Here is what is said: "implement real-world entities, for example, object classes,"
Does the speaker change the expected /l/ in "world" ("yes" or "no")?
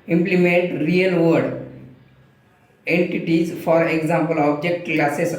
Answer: yes